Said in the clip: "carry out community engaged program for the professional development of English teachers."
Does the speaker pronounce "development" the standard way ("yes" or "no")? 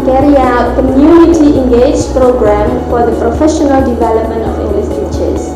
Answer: yes